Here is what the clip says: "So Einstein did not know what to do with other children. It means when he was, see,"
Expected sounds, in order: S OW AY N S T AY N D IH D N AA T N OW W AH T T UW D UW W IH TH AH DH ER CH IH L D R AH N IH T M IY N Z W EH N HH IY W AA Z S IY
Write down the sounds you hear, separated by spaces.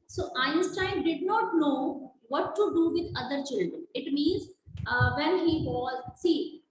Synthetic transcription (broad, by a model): S OW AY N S T AY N D IH D N AA T N OW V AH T T UW D UW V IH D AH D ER CH IH L D R AH N IH T M IY N Z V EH N HH IY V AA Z S IY